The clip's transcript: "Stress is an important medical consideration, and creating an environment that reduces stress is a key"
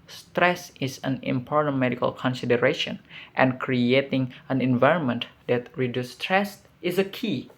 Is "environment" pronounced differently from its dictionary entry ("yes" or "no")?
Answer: no